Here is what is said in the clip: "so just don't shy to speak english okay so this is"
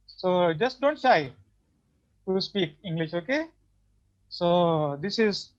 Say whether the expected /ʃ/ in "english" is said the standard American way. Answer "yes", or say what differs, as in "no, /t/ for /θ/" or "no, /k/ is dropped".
yes